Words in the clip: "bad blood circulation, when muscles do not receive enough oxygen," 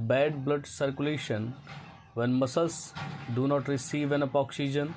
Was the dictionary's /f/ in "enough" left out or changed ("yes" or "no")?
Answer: yes